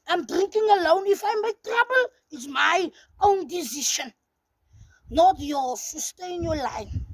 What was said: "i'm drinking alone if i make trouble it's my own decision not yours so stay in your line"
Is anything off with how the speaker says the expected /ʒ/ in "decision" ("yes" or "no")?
yes